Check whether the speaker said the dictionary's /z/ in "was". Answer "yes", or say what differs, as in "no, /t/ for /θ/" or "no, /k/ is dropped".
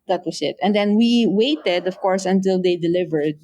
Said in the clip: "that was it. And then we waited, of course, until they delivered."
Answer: no, /s/ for /z/